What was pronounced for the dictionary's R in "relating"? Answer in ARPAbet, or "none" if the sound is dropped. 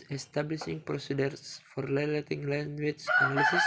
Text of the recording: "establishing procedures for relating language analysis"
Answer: L